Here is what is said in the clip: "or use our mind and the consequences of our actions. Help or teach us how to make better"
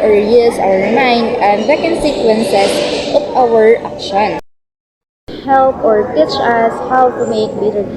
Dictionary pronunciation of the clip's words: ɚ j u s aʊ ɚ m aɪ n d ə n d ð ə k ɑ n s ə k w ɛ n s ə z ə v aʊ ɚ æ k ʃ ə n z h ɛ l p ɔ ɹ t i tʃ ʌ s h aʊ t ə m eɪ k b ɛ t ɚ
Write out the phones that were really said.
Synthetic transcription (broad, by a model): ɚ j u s aʊ ɚ m aɪ n d ə n d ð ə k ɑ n s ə k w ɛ n s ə s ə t aʊ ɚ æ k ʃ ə n h ɛ l p ɔ ɹ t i tʃ ʌ s h aʊ t ə m eɪ k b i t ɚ